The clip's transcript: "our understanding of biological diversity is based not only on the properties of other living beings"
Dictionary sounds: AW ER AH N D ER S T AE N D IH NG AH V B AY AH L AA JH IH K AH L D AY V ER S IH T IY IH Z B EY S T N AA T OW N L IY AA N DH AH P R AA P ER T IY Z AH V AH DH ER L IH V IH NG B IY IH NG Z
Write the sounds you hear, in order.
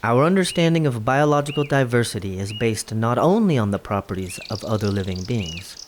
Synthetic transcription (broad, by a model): AW ER AH N D ER S T AE N D IH NG AH V B AY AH L AA JH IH K L D AY V ER S IH T IY IH Z B EY S T N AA T OW N L IY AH N DH AH P R AA P ER T IY Z AH V AH DH ER L IH V IH NG B IY IH NG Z